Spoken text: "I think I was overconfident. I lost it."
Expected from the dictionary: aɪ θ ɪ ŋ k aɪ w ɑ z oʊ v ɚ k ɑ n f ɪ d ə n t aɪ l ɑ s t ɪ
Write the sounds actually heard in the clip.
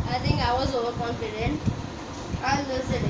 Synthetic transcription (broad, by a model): aɪ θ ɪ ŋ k aɪ w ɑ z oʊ w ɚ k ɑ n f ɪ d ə n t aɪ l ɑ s ɪ